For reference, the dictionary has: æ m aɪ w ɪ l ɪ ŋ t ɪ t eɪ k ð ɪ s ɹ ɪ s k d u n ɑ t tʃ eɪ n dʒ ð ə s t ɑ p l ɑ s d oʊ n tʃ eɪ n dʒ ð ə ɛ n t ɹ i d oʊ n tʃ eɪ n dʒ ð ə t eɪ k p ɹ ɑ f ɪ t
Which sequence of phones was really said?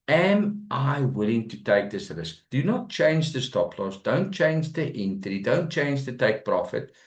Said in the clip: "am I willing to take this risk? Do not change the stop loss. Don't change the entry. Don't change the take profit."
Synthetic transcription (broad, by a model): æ m aɪ w ɪ l ɪ ŋ t ɪ t eɪ k ð ɪ s l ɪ s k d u n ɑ t tʃ eɪ n dʒ ð ə s t ɑ p l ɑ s d oʊ n tʃ eɪ n dʒ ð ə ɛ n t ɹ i d oʊ n tʃ eɪ n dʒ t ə t eɪ k p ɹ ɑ f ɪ t